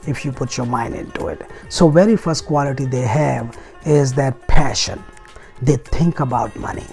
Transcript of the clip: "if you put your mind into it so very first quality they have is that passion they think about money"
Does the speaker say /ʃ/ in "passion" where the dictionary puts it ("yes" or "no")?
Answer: yes